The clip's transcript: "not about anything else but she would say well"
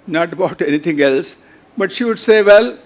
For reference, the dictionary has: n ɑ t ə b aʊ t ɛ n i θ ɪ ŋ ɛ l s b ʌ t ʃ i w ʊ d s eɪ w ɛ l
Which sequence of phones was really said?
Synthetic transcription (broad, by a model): n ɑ t ə b aʊ t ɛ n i t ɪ ŋ ɛ l s b ʌ t ʃ i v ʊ d s eɪ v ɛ l